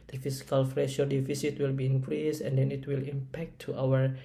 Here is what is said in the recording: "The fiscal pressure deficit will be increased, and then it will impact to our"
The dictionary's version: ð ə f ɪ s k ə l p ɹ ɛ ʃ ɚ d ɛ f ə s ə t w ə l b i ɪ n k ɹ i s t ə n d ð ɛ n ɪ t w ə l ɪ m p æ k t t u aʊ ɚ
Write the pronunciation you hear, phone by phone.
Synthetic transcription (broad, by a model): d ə f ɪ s k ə l f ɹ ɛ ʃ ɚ d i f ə s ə t w ə l b i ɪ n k ɹ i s ə n d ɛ n ɪ t w ə l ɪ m p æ k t t u aʊ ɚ